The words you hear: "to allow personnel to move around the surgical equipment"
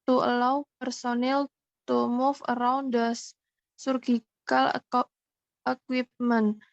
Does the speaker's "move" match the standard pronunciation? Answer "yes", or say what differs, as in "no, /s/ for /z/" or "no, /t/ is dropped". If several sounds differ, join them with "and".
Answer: no, /f/ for /v/